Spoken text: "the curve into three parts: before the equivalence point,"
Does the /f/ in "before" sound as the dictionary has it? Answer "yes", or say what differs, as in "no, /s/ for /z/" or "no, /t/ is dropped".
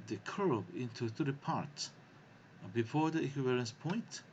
yes